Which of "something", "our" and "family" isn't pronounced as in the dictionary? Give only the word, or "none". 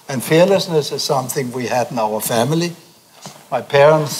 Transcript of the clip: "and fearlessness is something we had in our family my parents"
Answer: none